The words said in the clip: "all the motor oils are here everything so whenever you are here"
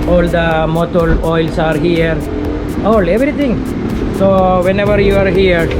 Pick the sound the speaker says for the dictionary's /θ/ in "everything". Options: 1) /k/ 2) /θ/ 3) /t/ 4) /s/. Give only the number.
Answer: 3